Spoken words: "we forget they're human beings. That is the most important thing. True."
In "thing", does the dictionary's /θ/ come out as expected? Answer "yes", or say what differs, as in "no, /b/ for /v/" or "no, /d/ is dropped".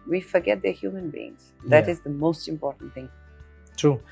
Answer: yes